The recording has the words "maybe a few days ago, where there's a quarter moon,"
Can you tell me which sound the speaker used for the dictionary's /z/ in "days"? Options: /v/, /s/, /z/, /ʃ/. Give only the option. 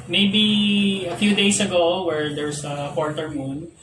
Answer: /s/